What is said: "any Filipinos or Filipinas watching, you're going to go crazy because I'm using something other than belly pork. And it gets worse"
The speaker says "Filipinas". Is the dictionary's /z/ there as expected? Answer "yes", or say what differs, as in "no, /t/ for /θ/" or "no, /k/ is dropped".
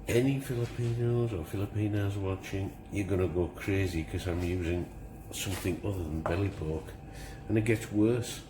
yes